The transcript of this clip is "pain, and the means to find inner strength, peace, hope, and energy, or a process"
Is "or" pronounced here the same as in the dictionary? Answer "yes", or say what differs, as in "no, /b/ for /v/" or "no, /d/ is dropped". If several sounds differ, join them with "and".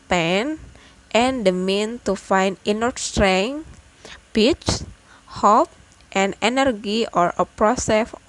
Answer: yes